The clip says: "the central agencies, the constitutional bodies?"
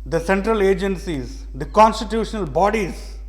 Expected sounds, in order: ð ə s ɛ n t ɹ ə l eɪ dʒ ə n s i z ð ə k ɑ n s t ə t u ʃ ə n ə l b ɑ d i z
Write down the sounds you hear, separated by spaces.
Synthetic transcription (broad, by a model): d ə s ɛ n t ɹ ə l eɪ dʒ ə n s i z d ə k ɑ n s t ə t u ʃ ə n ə l b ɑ d i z